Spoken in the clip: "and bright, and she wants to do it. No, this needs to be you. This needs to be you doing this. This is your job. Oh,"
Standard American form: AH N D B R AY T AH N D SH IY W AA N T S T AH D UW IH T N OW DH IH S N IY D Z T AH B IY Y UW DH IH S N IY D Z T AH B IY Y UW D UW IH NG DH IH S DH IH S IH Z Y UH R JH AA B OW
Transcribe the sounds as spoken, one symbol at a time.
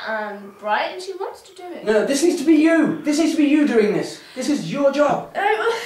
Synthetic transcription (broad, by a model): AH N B R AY AH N SH IY W AA N T S T AH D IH IH T N OW DH IH S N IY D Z T AH B IY Y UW DH IH S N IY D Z T AH B IY Y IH D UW IH NG DH IH S DH IH S IH Z Y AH R JH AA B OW